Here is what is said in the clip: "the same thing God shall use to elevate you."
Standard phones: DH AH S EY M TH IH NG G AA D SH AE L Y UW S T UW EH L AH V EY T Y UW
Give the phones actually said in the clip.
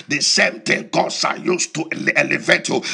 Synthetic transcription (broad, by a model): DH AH S EY M T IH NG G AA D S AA Y UW S T UW EH L AH V EY T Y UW